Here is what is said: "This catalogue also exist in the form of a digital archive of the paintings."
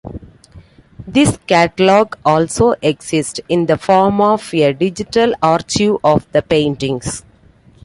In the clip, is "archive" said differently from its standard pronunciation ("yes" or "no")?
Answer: yes